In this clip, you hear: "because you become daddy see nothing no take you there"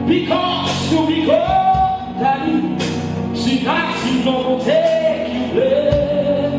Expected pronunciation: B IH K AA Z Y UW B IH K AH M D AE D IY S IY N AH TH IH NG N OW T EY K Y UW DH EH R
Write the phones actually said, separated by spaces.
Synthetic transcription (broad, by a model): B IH K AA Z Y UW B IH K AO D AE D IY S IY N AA S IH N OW T EY K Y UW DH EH